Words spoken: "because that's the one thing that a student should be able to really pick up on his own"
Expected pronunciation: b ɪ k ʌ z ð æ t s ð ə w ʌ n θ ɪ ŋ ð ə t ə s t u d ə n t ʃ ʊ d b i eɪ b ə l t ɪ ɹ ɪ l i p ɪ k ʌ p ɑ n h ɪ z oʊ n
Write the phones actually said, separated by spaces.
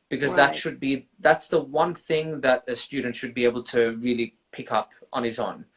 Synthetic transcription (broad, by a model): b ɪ k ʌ z ð æ t s ð ə w ʌ n θ ɪ ŋ ð ə t ə s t u d n t ʃ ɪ d b i eɪ b l t ɪ ɹ ɪ l i p ɪ k ʌ p n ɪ z oʊ n